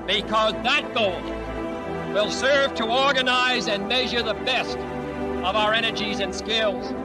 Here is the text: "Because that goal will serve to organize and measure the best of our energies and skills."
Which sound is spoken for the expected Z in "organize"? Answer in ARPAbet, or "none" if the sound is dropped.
Z